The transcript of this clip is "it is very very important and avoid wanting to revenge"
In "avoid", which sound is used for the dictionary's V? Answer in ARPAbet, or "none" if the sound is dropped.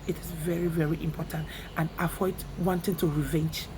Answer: F